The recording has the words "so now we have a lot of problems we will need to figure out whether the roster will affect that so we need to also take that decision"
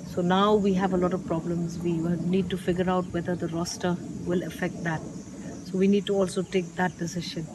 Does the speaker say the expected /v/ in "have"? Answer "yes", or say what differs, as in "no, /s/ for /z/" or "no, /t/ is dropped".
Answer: yes